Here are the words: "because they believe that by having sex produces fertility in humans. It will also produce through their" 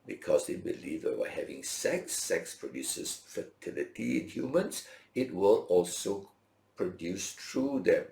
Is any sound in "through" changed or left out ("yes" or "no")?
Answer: yes